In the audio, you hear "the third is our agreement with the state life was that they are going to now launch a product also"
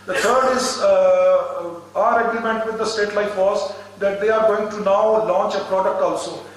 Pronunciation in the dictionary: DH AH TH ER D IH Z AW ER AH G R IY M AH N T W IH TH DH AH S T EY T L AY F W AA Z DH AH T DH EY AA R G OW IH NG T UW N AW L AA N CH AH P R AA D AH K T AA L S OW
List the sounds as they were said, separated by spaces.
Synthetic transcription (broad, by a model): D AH T ER D IH Z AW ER AH G R IY M AH N T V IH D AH S T EY T L AY F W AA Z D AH T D EY AA R G OW IH NG T UW N AW L AA N CH AH P R AA D AH K T AA L S OW